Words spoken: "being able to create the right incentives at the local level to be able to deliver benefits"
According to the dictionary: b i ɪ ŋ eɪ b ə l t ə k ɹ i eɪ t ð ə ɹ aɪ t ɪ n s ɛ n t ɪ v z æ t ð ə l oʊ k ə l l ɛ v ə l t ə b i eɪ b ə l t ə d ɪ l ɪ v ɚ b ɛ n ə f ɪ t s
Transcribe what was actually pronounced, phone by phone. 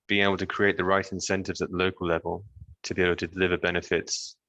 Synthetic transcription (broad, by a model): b i ɪ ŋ eɪ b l t ə k ɹ i eɪ t ð ə ɹ aɪ t ɪ n s ɛ n t ɪ v z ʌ t ð ə l oʊ k ə l l ɛ v ə l t ə b i eɪ b l t ə d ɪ l ɪ v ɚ b ɛ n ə f ɪ t s